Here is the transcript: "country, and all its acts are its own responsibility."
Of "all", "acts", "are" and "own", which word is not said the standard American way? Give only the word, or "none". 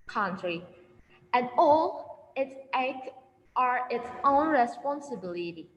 acts